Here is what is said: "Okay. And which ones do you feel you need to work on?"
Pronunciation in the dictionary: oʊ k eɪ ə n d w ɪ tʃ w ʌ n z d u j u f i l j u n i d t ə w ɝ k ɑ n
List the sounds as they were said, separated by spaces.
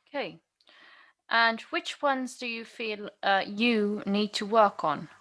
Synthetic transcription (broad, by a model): k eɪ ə n w ɪ tʃ w ʌ n z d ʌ j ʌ f i l j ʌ n i d t ə w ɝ k n